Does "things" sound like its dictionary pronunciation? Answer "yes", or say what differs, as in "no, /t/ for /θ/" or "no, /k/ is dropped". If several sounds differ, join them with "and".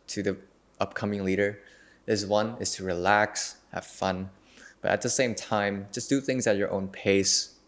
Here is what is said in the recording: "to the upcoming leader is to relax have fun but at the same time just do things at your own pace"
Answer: yes